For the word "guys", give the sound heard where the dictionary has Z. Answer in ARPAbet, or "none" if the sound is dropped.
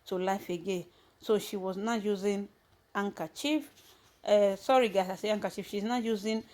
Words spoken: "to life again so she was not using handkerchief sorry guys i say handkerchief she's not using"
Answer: S